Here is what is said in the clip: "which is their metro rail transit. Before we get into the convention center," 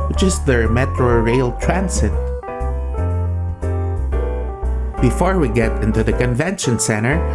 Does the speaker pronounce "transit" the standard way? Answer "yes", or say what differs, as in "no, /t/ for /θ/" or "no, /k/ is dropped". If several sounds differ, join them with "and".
no, /s/ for /z/